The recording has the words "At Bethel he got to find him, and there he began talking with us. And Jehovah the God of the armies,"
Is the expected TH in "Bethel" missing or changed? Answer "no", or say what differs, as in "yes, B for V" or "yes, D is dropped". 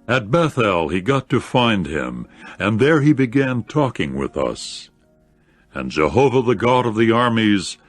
no